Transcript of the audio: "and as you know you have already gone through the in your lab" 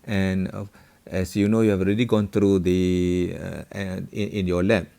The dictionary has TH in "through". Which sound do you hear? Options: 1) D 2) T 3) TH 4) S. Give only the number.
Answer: 2